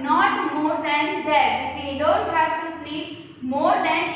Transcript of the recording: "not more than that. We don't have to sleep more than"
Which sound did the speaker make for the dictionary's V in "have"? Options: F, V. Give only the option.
F